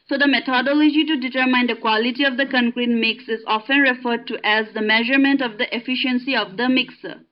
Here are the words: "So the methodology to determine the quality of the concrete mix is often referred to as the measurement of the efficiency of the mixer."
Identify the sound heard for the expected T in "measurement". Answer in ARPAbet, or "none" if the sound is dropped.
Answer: T